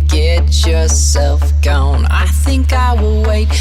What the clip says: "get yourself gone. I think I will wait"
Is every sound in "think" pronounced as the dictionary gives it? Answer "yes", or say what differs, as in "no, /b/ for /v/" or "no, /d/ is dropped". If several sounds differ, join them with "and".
yes